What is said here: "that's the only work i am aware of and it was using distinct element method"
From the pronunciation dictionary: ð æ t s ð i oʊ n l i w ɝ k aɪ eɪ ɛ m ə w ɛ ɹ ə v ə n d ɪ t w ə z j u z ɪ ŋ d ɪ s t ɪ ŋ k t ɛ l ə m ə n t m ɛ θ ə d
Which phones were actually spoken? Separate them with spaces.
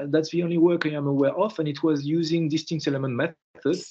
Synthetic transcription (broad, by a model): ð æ t s ð i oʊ n l i w ɝ k aɪ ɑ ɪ m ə w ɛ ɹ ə f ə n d ɪ t w ə z j u z ɪ ŋ d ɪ s t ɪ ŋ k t ɛ l ə m ə n t m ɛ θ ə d